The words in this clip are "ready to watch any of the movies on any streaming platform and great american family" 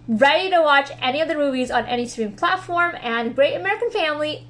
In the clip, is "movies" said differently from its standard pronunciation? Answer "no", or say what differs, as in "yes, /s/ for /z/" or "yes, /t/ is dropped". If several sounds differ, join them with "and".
no